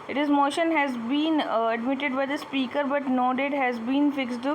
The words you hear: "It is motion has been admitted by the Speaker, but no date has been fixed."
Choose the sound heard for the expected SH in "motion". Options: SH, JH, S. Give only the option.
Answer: SH